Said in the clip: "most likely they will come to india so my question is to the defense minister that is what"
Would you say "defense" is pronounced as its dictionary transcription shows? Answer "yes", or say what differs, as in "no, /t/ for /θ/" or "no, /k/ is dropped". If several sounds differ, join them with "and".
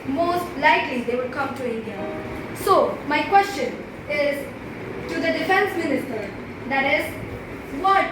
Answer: yes